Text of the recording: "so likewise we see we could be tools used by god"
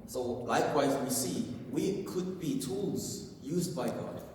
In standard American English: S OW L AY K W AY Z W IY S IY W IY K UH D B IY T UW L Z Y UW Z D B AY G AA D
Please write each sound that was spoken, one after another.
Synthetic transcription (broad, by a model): S OW L AY K W AY Z W IY S IY W IY K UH D B IY T UW L Z Y UW Z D B AY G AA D